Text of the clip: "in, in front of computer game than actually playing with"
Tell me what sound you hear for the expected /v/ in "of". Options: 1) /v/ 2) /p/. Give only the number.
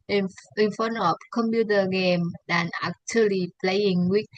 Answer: 2